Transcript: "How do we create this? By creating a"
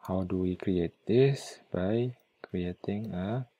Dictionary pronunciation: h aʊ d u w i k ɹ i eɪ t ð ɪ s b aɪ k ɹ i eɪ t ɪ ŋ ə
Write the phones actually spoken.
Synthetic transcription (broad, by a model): h aʊ d u w i k ɹ i eɪ t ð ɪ s b aɪ k ɹ i eɪ t ɪ ŋ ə